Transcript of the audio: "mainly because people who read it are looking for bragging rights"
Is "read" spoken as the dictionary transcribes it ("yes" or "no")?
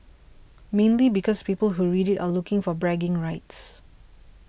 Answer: yes